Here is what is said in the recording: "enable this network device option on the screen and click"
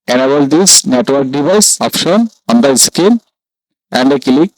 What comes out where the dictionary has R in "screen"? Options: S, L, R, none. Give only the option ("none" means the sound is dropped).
none